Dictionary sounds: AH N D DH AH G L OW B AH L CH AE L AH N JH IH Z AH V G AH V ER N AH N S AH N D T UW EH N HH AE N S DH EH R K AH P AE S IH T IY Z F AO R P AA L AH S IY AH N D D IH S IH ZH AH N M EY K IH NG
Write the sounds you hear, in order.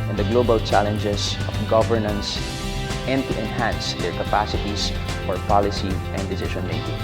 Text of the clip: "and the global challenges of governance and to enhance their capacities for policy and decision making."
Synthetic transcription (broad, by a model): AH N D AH G L OW B AH L CH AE L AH N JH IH S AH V G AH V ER N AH N S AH N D T UW EH N HH AE N S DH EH R K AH P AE S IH T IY S F AO R P AA L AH S IY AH N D D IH S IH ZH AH N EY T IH